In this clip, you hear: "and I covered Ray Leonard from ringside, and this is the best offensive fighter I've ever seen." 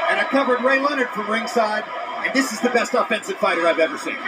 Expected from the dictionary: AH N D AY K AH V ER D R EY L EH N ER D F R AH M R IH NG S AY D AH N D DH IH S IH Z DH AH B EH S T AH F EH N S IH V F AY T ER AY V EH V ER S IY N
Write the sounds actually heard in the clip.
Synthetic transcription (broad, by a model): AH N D AY K AH V ER D R EY L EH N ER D F R AH M R IH NG S AY D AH N DH IH S IH Z DH AH B EH S T AH F EH N S IH V F AY T ER AY V EH V ER S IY N